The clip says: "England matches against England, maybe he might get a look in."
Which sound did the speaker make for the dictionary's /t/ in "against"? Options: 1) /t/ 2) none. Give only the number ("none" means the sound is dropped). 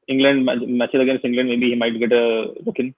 2